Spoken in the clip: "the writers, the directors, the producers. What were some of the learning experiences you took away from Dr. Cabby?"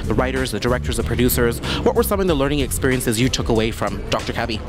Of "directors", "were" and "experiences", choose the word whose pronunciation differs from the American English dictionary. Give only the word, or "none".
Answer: none